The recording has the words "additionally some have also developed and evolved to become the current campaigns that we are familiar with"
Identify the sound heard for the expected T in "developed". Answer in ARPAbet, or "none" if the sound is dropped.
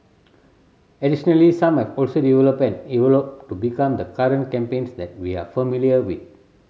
none